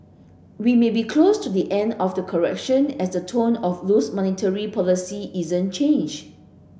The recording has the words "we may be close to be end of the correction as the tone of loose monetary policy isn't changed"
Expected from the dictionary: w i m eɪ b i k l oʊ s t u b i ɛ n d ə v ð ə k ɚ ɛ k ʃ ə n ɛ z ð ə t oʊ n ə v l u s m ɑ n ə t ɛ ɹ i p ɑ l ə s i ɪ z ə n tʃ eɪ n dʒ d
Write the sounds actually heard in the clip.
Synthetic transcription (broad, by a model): w i m eɪ b i k l oʊ s t u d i ɛ n d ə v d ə k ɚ ɛ k ʃ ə n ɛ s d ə t oʊ n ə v l u s m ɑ n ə t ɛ ɹ i p ɑ l ə s i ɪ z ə n tʃ eɪ n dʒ